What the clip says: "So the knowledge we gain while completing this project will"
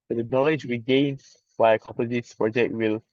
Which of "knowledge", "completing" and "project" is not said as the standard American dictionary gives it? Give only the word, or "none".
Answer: completing